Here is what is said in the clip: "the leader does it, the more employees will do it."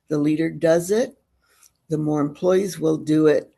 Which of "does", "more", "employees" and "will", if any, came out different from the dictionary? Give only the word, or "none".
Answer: none